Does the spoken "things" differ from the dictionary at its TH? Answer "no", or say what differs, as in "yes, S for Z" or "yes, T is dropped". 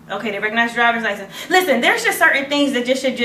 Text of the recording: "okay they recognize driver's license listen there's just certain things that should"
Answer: no